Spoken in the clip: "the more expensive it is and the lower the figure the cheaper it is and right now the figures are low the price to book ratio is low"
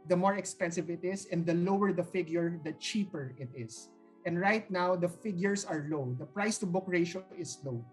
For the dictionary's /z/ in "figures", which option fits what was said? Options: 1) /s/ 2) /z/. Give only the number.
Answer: 1